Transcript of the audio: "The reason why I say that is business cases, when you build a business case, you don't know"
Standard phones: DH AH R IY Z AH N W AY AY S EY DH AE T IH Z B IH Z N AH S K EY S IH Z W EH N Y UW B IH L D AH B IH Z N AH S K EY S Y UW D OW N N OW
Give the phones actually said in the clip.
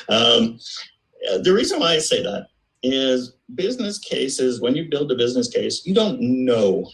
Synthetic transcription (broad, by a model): DH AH R IY Z AH N W AY AY S EY DH AE T IH Z B IH Z N AH S K EY S IH Z W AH N Y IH B IH L D AH B IH Z N AH S K EY S Y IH D OW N N OW